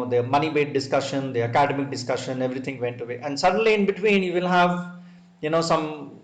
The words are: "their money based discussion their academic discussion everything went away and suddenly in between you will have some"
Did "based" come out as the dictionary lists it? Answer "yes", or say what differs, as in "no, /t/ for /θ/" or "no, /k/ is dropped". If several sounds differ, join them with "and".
no, /s/ is dropped